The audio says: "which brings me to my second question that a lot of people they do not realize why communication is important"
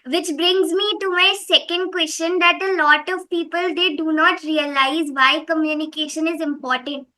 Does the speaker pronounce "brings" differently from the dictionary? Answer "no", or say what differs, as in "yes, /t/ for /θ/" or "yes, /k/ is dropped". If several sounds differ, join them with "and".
no